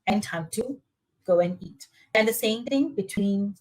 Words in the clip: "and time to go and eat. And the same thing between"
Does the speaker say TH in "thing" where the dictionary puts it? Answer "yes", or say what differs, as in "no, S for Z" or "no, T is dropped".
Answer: no, T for TH